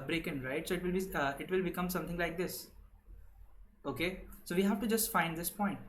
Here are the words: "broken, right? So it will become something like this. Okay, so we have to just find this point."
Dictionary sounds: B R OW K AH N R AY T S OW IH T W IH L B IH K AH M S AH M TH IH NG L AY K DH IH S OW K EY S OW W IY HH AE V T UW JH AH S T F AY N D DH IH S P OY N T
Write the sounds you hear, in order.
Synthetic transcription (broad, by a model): B R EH K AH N R AY T S OW IH T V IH L B IH K AH M S AH M T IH NG L AY K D IH S OW K EY S OW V IY HH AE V T UW JH AH S T F AY N D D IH S P OY N T